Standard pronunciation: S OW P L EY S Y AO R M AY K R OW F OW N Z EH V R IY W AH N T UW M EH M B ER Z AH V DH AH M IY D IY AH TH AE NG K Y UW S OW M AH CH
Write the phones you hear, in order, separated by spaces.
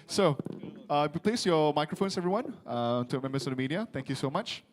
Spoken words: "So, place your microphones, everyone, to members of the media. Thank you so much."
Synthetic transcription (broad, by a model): S OW P L EY S Y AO M AY K R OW F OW N S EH V R IY W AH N T UW M EH M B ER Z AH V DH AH M IY D IY AH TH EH NG K Y UW S OW M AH CH